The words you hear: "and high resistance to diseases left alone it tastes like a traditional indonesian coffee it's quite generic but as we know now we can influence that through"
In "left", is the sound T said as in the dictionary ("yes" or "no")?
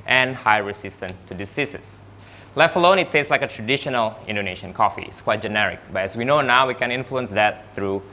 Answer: no